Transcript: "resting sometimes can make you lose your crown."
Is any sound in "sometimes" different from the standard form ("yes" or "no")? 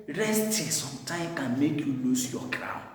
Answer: yes